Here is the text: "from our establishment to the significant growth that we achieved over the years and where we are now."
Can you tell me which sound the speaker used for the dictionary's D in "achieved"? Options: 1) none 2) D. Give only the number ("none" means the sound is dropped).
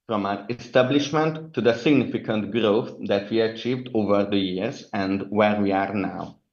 2